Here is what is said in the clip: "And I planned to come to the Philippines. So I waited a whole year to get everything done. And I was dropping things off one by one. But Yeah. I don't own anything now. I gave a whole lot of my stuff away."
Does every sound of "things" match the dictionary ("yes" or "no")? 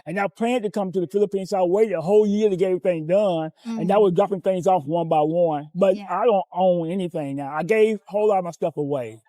yes